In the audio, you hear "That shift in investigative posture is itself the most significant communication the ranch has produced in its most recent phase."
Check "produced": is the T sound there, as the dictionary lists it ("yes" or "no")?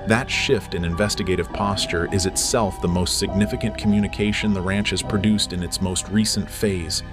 yes